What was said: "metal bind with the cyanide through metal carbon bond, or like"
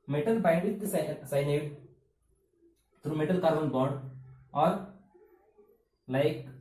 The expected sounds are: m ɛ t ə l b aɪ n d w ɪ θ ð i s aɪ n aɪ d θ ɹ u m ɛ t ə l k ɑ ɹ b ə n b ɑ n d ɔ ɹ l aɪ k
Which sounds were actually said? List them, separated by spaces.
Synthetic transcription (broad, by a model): m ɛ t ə l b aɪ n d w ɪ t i s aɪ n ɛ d t ɹ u m ɛ t ə l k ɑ ɹ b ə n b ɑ d ɔ ɹ l aɪ k